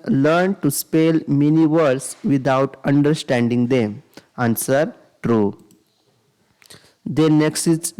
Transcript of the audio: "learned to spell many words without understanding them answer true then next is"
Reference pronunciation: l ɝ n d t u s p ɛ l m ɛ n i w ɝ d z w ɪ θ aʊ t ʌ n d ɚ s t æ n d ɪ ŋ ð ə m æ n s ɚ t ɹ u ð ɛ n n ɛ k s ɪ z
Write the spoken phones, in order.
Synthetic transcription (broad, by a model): l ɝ n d t u s p ɛ l m ɛ n i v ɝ d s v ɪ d aʊ t ʌ n d ɚ s t æ n d ɪ ŋ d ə m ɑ n s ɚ t ɹ u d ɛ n n ɛ k s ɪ